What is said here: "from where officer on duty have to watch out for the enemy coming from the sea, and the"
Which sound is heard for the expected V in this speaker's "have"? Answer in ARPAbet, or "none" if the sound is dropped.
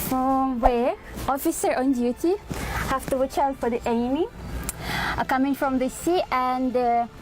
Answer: F